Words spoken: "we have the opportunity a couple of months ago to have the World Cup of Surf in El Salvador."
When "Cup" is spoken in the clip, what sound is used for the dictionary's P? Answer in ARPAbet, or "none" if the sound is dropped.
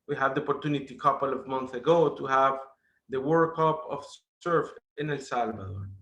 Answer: P